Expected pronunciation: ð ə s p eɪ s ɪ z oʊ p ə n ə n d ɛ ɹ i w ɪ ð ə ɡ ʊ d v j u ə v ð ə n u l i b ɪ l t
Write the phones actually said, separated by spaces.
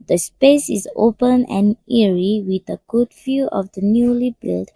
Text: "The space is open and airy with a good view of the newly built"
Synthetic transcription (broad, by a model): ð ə s p eɪ s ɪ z oʊ p ə n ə n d ɛ ɹ i w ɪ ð ə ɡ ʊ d f j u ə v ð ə n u l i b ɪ l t